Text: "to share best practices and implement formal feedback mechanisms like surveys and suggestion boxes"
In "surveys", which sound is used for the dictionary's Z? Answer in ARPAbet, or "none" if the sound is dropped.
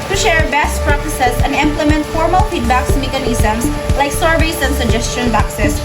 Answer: S